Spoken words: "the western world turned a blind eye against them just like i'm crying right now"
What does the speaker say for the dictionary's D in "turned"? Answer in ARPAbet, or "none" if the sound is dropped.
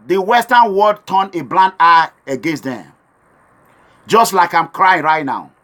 none